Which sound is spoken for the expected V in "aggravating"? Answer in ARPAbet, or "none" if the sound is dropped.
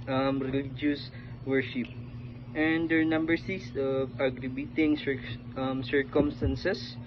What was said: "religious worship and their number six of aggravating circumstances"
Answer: B